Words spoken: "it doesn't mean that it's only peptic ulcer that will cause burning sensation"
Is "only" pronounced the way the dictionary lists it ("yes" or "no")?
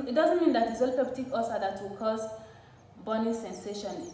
no